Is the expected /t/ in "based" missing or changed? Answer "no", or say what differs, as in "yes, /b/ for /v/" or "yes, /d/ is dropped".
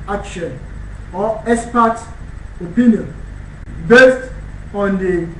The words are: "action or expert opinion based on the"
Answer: no